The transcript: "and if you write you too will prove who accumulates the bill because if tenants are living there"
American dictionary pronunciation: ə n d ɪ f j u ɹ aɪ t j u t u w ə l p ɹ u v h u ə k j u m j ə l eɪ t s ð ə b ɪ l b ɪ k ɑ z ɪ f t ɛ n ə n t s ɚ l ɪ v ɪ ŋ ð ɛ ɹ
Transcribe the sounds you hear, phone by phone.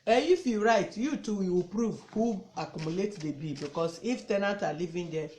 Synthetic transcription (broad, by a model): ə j ɪ f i ɹ aɪ t j u t u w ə w p ɹ u v h u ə k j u m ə l eɪ t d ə b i b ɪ k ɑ s ɪ f t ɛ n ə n t ɑ l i v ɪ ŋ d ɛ